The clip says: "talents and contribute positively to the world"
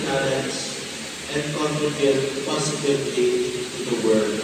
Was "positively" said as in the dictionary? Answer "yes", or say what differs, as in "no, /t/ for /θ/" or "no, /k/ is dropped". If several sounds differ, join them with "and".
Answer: no, /s/ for /z/